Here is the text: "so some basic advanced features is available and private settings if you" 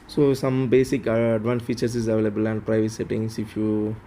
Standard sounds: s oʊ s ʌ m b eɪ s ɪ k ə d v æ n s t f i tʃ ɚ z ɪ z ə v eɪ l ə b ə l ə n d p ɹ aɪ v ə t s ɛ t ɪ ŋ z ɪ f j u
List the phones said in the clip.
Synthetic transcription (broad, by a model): s oʊ s ʌ m b eɪ s ɪ k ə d v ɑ n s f i tʃ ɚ s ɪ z ə v eɪ l ə b ə l ə n d p ɹ aɪ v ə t s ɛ t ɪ ŋ s ɪ f j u